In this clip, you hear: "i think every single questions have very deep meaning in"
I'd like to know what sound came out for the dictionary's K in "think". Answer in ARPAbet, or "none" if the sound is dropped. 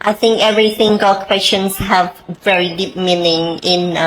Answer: K